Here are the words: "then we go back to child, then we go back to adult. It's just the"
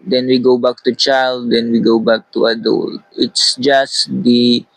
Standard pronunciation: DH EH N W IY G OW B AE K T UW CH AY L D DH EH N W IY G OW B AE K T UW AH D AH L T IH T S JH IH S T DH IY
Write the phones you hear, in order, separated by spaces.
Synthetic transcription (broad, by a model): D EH N W IY G OW B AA K T UW CH AY L D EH N W IY G OW B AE K T UW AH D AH L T IH T S JH IH S T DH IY